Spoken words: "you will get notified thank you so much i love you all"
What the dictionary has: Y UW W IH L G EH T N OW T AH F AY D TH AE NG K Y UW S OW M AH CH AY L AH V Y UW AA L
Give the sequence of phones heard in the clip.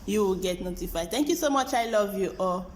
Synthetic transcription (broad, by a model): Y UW W IH L G EH T N OW T AH F AY D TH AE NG K Y UW S OW M AH CH AY L AH V Y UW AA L